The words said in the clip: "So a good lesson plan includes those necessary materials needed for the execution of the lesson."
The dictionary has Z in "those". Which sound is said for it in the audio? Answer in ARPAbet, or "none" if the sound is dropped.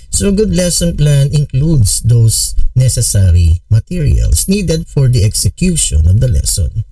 S